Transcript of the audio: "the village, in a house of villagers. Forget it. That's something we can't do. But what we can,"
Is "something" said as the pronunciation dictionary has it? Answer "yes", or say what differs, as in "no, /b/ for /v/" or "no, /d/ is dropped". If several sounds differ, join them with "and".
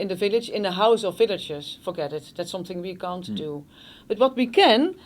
yes